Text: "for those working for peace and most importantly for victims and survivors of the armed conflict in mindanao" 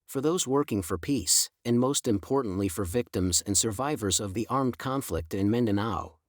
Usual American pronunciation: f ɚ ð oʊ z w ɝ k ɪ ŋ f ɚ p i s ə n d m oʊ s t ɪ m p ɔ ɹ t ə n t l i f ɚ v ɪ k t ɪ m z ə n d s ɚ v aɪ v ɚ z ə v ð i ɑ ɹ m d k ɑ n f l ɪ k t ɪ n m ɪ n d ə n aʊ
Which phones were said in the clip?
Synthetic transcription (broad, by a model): f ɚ ð oʊ z w ɝ k ɪ ŋ f ɚ p i s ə n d m oʊ s t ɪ m p ɔ ɹ t n t l i f ɚ v ɪ k t ɪ m z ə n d s ɚ v aɪ v ɚ z ə v ð i ɑ ɹ m d k ɑ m f l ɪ k t ɪ n m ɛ n d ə n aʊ